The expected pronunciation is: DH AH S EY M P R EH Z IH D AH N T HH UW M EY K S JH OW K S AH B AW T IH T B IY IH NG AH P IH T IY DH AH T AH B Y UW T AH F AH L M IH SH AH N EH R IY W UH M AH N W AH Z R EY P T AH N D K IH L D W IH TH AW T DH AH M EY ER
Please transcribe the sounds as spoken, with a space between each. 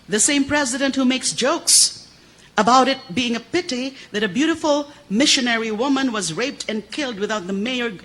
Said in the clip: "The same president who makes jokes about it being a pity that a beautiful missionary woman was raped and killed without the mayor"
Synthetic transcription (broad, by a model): DH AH S EY M P R EH Z IH D AH N T HH UW M EY K S JH OW K S AH B AW T IH T B IY IH NG AH P IH T IY DH AH T AH B Y UW T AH F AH L M IH SH AH N EH R IY W UH M AH N W AH Z R EY P T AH N K IH L D W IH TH AW T DH AH M EY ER